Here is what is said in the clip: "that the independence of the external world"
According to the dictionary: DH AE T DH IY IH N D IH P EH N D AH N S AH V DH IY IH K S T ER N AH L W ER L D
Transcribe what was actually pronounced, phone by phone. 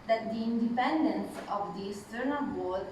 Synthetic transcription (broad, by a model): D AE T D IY IH N D IH P EH N D AH N S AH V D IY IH S T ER N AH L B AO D